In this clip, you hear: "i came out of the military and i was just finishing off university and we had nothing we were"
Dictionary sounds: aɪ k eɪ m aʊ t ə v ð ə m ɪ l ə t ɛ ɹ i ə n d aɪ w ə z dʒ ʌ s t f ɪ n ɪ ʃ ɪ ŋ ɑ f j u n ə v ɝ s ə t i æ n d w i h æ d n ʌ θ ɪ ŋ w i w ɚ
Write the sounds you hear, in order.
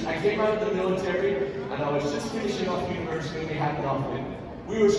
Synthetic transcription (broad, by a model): aɪ k eɪ m aʊ t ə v ð ə m ɪ l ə t ɛ ɹ i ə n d aɪ w ə z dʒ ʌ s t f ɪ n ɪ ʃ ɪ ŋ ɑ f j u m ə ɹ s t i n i h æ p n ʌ f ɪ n w i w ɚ